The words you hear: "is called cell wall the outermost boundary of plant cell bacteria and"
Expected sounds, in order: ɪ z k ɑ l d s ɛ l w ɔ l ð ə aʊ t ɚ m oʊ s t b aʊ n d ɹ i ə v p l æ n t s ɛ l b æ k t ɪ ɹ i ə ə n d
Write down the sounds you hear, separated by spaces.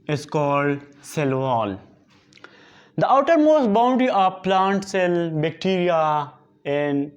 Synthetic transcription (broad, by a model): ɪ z k ɑ l d s ɛ l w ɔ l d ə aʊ t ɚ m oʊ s b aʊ n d i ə p l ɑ n t s ɛ l b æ k t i ɹ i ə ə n d